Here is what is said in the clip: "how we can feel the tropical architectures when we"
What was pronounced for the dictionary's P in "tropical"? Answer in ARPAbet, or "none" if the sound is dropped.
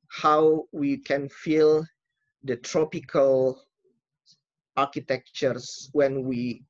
P